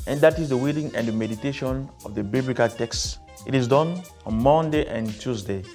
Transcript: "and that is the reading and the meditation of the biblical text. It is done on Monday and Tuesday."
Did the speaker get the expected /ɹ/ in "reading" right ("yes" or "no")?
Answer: no